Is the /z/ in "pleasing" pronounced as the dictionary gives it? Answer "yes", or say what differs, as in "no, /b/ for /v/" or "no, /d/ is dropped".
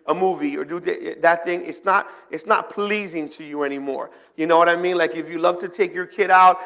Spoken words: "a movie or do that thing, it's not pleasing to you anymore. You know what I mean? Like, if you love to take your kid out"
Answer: yes